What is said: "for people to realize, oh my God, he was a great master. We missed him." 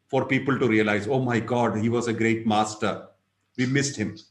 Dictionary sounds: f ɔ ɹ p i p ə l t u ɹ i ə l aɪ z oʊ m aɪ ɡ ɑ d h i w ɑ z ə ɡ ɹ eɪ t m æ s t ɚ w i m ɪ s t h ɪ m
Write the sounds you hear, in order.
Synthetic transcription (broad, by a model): f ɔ ɹ p i p ə l t u ɹ i ə l aɪ z oʊ m aɪ ɡ ɑ d h i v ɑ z ə ɡ ɹ eɪ t m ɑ s t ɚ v i m ɪ s t h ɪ m